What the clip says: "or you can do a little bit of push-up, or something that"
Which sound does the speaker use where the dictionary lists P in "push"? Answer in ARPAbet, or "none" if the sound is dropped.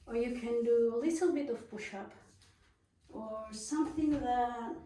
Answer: B